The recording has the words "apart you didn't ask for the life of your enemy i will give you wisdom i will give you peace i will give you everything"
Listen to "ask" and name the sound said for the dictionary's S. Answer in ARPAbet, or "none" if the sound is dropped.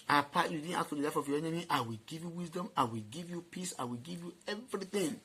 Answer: none